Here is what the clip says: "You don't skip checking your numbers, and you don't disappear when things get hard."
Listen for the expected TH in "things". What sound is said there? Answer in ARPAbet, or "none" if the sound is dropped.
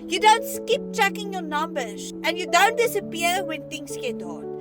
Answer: T